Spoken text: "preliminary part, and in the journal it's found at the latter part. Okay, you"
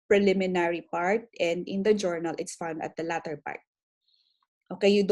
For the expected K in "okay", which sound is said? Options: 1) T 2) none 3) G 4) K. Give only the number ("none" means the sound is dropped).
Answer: 4